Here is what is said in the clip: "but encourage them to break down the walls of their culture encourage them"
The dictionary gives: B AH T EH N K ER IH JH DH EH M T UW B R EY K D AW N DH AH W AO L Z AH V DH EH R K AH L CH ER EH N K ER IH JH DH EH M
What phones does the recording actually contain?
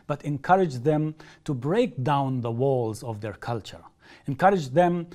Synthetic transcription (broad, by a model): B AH T EH N K ER IH JH DH EH M T UW B R EY K D AW N DH AH W AO L Z AH V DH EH R K AH L CH ER EH N K ER IH JH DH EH M